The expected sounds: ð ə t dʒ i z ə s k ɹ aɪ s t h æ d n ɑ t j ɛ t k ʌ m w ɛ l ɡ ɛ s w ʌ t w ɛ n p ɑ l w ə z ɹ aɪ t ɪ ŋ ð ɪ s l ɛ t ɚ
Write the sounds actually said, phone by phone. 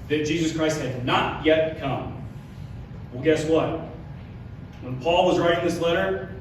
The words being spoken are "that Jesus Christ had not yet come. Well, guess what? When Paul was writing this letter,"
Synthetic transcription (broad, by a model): ð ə t dʒ i z ə s k ɹ aɪ s t h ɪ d n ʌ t j ɛ t k ʌ m w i l ɡ ɛ s w ʌ t w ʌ n p ɑ l w ə z ɹ aɪ t ɪ ŋ ð ɪ s l ɛ t ɚ